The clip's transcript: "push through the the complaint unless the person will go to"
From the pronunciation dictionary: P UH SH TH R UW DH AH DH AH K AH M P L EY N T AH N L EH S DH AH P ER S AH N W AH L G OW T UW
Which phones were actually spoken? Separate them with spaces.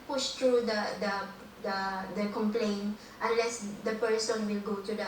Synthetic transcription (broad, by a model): P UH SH T R UW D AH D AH K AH M P L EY N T AH N L EH S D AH P ER S AH N W AH L G OW T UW